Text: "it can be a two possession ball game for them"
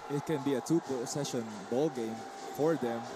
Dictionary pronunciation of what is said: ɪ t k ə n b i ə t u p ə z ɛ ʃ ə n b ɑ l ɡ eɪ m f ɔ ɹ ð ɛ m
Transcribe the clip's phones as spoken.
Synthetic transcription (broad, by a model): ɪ t k ə n b i ə t u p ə s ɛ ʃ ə n b ɑ l ɡ eɪ m f ɔ ɹ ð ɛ m